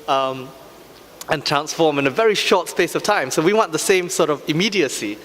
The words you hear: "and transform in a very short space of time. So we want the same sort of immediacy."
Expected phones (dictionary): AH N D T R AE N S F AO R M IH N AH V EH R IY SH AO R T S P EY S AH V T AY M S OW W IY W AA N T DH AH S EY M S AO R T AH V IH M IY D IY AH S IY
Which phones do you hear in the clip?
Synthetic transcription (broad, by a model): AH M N T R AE N S F AO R M IH N AH V EH R IY SH AO T S P EY S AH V T AY M S OW W IY W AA N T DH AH S EY M S AO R T AH V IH M IY D IY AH S IY